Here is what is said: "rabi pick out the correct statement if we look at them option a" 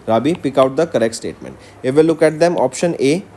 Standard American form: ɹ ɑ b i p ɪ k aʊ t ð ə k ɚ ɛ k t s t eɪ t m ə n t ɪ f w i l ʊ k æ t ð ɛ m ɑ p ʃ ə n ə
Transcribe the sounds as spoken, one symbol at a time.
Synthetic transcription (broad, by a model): ɹ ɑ b i p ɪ k aʊ t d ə k ɚ ɛ k t s t eɪ t m ə n t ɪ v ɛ l ʊ k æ t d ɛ m ɑ p ʃ ə n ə